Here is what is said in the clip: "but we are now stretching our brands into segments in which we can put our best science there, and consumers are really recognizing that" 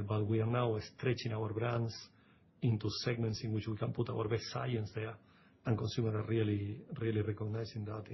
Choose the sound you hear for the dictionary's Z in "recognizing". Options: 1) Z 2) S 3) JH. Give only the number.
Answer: 2